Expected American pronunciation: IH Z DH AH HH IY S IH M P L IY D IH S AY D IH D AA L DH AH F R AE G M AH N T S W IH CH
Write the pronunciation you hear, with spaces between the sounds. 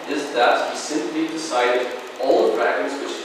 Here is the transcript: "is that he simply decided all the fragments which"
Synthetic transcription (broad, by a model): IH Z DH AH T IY S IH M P L IY D IH S AY D IH D AA L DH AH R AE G AH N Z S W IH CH